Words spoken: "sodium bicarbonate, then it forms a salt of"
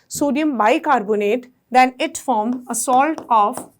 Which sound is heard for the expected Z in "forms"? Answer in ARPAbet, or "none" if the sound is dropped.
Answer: none